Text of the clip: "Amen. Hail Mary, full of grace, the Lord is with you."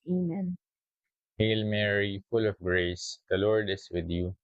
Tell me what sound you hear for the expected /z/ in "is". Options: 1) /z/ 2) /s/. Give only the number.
2